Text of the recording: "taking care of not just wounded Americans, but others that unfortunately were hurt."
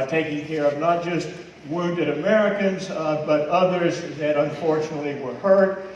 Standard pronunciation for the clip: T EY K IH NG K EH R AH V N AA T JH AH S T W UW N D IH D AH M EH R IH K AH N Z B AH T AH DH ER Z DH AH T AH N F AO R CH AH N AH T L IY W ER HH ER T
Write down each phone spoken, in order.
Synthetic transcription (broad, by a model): T EY K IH NG K EH R AH V N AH T JH AH S T W UW N D IH D AH M EH R IH K AH N Z B AH T AH DH ER Z DH AH T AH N F AO R CH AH N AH T L IY W ER HH ER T